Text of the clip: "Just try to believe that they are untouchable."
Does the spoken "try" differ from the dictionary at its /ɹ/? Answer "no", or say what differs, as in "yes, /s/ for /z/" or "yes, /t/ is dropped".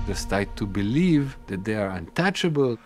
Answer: yes, /ɹ/ is dropped